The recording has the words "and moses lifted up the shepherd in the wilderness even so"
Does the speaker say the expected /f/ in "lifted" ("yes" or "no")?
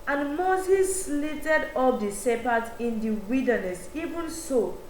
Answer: no